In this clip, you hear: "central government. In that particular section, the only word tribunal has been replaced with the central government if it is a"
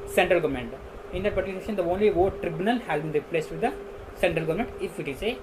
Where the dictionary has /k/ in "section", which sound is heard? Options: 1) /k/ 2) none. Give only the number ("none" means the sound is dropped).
2